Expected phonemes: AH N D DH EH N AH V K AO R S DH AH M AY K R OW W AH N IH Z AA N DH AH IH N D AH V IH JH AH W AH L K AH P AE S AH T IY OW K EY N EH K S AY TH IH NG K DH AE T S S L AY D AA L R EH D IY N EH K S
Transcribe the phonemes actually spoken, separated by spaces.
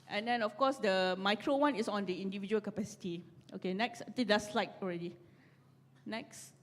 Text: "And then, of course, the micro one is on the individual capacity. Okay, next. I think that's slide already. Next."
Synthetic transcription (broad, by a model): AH N D EH N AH F K AO S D AH M AY K R OW W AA N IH S AA N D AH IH N D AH V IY JH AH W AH L K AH P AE S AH T IY OW K EY N EH K S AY T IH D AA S S L AY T AA L R EH D IY N EH K S